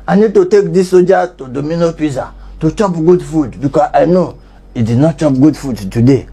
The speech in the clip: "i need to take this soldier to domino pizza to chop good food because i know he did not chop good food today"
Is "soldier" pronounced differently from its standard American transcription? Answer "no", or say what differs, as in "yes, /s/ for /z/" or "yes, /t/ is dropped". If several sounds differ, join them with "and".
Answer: yes, /l/ is dropped